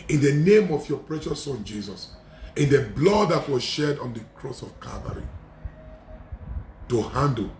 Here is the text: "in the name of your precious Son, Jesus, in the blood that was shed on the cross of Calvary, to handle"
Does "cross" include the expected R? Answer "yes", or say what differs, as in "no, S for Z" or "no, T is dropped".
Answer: yes